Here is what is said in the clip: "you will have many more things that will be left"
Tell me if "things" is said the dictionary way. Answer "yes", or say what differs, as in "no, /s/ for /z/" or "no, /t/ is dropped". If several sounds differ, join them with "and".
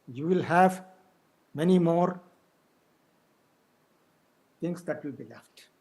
no, /t/ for /θ/